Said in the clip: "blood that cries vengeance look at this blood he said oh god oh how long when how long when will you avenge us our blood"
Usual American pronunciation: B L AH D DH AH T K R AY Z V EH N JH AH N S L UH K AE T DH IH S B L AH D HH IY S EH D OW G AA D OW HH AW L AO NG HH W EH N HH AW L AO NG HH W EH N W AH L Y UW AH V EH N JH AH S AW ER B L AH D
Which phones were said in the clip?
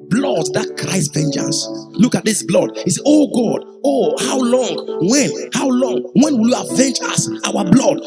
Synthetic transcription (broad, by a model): B L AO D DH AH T K R AY S V EH N JH AH N S L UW K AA T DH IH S B L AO D HH IY S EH OW G AA D OW HH AW L AO NG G W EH N HH AW L AO NG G W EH N W AH L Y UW AH V EH N JH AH S AW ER B L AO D